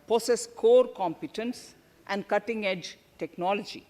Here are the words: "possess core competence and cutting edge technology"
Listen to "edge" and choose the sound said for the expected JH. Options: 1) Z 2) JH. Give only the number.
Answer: 2